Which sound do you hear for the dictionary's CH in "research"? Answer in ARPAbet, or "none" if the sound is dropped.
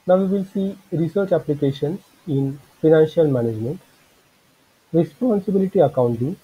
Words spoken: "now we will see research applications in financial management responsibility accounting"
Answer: CH